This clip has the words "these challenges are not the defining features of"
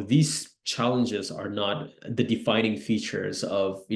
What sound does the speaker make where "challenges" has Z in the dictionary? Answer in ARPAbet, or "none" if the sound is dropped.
Z